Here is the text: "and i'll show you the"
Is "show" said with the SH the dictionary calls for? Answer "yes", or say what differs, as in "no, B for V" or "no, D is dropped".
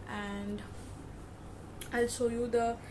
no, S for SH